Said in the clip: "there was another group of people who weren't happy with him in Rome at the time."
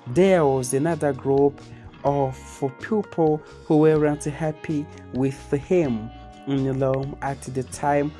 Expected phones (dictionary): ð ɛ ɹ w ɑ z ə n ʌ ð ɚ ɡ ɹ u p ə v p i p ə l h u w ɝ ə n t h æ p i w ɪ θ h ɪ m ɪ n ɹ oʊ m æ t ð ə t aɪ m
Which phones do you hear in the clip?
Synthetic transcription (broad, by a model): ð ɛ w ɑ z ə n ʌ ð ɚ ɡ ɹ u p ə f p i p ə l h u w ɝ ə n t h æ p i w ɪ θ h ɪ m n l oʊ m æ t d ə t aɪ m